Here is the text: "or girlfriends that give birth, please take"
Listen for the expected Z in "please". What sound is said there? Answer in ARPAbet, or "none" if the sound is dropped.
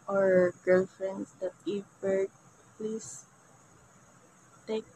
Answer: S